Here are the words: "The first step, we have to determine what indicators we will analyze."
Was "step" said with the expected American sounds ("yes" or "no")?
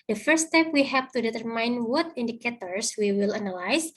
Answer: yes